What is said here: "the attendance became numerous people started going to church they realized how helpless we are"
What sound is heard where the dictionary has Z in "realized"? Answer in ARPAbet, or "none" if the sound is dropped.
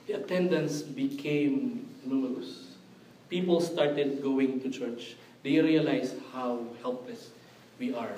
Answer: S